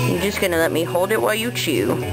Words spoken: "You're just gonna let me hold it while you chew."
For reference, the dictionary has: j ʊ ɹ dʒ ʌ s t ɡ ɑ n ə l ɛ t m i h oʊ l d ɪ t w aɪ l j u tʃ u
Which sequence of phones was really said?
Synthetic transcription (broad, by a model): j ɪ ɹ dʒ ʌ s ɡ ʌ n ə l ɛ t m i h oʊ l d ɪ t w aɪ l j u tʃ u